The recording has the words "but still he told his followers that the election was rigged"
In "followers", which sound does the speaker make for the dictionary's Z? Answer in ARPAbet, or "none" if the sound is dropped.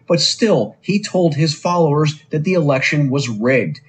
Z